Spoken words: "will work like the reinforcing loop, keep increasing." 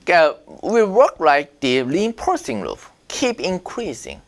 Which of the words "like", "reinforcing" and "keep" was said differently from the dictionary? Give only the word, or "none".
reinforcing